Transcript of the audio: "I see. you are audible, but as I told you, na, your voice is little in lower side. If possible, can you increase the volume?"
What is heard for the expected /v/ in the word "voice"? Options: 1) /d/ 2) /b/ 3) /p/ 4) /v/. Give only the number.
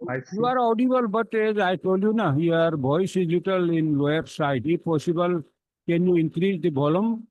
2